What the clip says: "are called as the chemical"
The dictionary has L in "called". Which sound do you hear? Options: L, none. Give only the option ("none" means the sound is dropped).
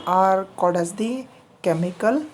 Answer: none